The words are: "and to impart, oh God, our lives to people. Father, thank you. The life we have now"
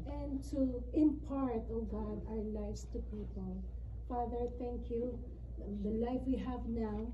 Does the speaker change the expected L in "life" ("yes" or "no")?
no